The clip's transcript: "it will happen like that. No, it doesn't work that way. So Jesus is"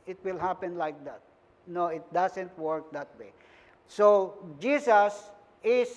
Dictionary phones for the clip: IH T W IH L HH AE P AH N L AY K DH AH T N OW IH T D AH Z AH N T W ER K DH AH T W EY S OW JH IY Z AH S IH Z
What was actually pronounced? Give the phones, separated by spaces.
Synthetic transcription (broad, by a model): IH T W IH L HH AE P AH N L AY K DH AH T N OW IH T D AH S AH N T W ER K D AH T W EY S OW JH IY S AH S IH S